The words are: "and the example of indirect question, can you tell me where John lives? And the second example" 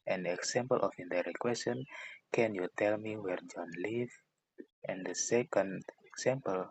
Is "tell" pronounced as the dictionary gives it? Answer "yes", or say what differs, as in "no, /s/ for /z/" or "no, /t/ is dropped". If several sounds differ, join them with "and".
yes